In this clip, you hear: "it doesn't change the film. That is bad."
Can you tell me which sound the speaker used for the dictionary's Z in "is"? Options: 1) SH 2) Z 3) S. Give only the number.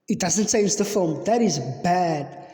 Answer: 2